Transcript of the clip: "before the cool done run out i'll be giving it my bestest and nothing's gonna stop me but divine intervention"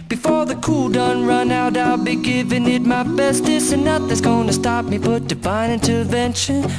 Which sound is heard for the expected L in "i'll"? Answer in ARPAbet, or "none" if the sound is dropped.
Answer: L